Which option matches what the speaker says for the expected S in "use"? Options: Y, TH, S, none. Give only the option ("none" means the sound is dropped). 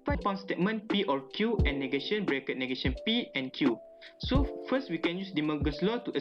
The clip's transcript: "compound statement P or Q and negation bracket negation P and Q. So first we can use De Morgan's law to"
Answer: S